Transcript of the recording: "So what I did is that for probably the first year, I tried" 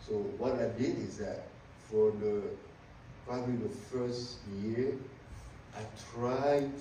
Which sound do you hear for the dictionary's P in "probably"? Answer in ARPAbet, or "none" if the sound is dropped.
P